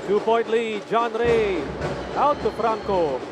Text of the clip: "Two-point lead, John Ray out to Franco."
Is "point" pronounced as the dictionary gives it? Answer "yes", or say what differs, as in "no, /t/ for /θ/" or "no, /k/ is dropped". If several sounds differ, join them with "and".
no, /b/ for /p/ and /n/ is dropped